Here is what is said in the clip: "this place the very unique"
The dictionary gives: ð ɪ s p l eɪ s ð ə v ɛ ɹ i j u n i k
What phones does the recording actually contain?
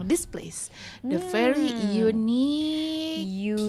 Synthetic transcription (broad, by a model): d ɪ s p l eɪ s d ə f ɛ ɹ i j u n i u